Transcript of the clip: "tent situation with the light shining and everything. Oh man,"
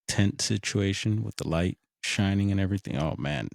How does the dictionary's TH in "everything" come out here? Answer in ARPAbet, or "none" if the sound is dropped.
TH